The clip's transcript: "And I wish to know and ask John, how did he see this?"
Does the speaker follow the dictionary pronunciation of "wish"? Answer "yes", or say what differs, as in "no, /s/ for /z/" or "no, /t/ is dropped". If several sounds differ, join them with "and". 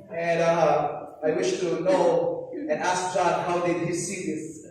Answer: yes